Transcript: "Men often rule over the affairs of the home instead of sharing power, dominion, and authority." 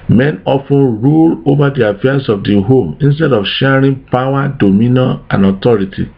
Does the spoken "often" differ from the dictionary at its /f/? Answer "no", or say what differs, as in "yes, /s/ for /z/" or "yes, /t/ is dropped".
no